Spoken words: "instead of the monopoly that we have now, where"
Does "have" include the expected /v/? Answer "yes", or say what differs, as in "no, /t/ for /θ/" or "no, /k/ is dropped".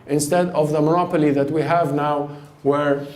yes